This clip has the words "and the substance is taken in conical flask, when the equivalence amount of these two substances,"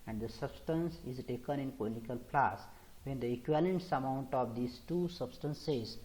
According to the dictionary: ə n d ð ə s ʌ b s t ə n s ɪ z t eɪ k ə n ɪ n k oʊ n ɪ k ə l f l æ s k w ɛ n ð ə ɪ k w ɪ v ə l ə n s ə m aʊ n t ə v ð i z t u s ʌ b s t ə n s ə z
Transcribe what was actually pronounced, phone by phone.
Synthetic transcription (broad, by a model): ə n d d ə s ʌ b s t ə n s ɪ z t eɪ k ə n ɪ n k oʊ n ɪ k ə l p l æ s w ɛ n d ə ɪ k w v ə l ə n s ə m aʊ n t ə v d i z t u s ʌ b s t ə n s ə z